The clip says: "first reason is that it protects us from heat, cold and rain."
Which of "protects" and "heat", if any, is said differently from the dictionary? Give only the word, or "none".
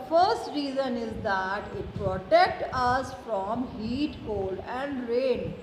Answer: protects